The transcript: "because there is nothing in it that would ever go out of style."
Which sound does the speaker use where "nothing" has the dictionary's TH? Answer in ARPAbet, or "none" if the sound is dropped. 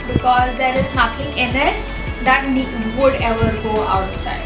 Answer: T